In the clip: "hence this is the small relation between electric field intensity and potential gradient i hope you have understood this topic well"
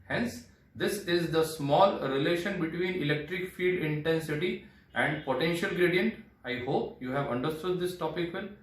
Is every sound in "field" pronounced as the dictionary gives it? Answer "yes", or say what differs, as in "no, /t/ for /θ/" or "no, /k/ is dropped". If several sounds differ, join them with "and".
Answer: no, /l/ is dropped